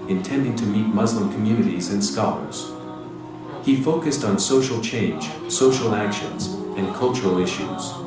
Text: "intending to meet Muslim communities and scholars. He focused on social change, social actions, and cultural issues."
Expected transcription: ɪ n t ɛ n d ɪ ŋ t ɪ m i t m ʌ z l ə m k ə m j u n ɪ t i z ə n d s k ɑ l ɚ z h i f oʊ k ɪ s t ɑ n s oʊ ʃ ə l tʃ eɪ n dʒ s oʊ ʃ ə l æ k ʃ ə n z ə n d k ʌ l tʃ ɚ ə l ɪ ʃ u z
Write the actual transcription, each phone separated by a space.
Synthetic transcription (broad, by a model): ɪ n t ɛ n d ɪ ŋ t ɪ m i t m ʌ z l ə m k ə m j u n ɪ t i z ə n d s k ɑ l ɚ z h i f oʊ k ɪ s t n s oʊ ʃ l tʃ eɪ n dʒ s oʊ ʃ l æ k ʃ ə n z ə n k ʌ l tʃ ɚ l ɪ ʃ u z